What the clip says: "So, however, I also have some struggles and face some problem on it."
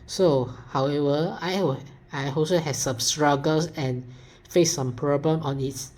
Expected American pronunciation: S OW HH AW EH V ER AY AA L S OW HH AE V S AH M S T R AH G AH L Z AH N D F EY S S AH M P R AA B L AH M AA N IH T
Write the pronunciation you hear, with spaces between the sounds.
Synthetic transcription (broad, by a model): S OW HH AW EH V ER AY AA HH S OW HH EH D S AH M S T R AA G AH L S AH N F EY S S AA M P R AA B L AH M AA N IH T